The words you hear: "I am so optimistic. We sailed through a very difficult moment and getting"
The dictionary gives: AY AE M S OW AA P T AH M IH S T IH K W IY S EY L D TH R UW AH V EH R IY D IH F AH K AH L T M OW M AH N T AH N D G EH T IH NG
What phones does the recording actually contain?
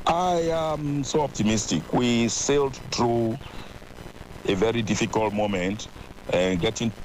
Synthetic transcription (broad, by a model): AY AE M S OW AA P T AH M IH S T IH K W IY S EY L D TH R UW AH V EH R IY D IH F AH K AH L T M OW M AH N T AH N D G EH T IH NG